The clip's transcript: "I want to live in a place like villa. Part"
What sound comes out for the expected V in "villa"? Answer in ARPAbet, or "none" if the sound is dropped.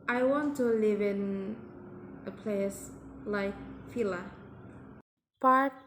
F